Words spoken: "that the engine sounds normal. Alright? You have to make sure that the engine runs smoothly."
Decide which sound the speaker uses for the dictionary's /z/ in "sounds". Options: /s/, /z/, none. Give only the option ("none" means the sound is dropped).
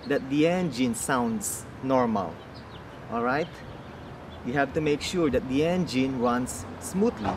/s/